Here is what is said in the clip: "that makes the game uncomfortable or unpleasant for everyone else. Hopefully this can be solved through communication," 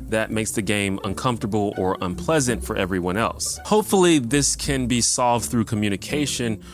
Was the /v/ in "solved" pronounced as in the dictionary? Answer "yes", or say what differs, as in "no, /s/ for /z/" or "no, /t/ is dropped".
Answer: yes